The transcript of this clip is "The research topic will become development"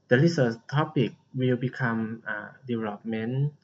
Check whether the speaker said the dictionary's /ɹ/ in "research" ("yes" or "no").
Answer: no